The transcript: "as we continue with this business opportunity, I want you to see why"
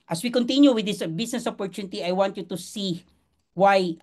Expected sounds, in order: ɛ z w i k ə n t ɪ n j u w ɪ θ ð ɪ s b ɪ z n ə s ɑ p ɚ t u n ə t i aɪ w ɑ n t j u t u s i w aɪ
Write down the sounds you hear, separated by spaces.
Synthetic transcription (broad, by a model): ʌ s w i k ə n t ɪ n j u w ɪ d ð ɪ s b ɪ s n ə s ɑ p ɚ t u n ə t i aɪ w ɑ n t j u t u s i w aɪ